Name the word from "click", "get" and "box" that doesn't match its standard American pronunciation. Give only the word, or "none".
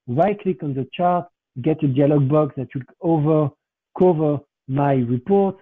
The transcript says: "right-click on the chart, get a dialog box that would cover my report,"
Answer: none